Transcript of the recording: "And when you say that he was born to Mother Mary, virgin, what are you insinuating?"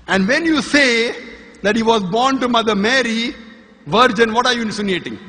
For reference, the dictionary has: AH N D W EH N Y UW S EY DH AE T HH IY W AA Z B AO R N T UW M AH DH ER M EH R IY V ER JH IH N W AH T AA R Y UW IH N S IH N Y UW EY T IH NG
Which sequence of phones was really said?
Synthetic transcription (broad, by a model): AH N D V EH N Y UW S EY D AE T HH IY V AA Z B AO R N T UW M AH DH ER M EH R IY V ER JH IH N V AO T AA R Y UW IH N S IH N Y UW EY T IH NG